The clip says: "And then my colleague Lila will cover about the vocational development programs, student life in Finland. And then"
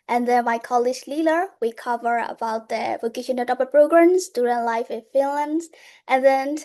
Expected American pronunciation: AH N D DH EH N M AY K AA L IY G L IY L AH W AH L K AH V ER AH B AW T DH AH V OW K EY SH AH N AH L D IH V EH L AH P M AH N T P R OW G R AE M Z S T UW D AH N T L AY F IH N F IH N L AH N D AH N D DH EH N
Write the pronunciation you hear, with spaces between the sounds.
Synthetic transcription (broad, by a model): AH N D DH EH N M AY K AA L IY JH L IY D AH W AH K AH V ER AH B AW T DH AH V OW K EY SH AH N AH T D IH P AH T P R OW G R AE M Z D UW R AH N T L AY F IH N F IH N L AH N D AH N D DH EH N